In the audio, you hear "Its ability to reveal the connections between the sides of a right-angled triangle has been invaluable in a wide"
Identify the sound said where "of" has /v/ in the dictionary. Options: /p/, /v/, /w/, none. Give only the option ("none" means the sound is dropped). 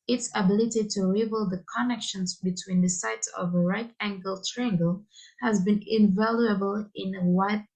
/v/